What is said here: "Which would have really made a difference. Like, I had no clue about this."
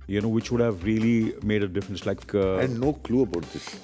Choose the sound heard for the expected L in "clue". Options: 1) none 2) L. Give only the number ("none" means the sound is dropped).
2